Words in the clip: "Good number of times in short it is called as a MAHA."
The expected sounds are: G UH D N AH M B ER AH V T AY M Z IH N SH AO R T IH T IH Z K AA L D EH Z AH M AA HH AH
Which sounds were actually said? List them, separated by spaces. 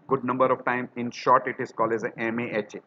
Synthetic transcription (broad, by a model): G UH D N AH M B ER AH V T AY M IH N SH AO R T IH T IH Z K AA L EH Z AH M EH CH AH